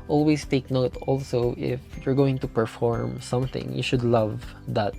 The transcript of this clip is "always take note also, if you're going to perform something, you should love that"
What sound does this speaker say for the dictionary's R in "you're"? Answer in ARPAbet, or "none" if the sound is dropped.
R